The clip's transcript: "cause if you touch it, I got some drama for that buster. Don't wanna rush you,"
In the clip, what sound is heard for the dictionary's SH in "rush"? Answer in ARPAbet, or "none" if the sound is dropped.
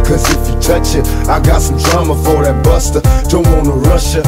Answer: SH